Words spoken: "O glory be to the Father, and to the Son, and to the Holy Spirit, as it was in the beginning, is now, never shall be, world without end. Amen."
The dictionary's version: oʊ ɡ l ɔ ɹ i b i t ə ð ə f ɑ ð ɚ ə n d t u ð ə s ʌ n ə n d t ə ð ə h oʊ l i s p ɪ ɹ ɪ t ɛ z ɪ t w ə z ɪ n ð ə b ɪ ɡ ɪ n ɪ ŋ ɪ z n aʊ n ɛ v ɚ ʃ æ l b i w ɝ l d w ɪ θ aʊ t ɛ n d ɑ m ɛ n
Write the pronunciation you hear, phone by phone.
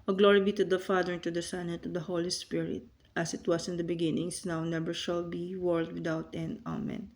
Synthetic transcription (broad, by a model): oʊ ɡ l ɔ ɹ i b i t ə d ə f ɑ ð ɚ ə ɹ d t u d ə s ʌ n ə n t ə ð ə h oʊ l i s p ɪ ɹ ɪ t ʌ s ɪ t w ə s ɪ n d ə b ɪ ɡ ɪ n ɪ ŋ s n aʊ n ɛ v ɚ ʃ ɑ l b i w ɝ l d w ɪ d aʊ t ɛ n ɑ m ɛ n